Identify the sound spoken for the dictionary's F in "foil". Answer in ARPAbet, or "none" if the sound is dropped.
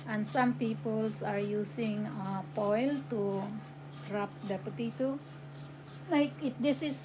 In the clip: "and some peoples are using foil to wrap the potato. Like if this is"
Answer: P